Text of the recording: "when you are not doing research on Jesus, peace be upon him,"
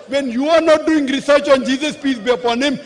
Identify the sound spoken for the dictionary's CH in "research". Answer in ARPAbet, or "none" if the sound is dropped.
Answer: CH